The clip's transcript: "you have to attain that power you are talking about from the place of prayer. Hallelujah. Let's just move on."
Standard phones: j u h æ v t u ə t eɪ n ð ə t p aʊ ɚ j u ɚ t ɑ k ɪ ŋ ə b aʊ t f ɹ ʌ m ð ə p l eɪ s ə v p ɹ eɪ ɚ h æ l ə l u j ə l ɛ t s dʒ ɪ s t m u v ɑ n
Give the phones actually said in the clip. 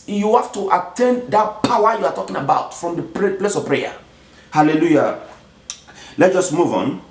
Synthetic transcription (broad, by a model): j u h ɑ f t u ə t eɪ n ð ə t p aʊ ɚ j u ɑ t ɑ k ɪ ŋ ə b aʊ t f ɹ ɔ m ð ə p l eɪ s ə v p ɹ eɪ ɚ h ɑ l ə l u j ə l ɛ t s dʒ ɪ s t m u v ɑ n